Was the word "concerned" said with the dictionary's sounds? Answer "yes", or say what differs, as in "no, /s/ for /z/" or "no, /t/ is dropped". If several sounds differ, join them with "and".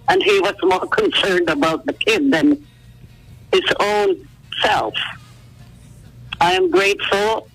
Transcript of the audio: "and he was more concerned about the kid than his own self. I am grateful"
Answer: yes